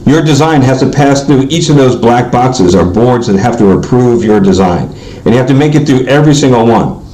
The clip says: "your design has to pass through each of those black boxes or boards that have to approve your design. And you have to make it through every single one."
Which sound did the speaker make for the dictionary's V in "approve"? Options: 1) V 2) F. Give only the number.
1